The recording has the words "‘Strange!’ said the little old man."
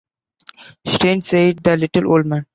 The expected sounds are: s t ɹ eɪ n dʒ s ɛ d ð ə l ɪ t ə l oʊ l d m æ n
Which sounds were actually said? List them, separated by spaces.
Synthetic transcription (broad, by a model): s t eɪ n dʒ s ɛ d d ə l ɪ t ə l oʊ l d m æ n